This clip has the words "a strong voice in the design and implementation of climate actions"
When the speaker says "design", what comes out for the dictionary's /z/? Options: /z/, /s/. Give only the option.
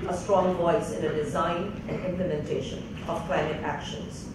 /z/